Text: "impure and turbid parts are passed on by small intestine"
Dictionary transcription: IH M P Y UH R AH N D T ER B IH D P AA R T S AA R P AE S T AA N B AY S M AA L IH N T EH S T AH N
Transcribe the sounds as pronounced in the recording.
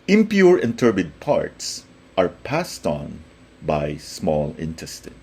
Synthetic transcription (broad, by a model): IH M P Y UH R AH N T ER B IH D P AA R T S AA R P AE S T AA N B AY S M AA L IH N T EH S T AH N